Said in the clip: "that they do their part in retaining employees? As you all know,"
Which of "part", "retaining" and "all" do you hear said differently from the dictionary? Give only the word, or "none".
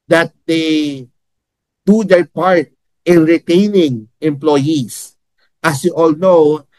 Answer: none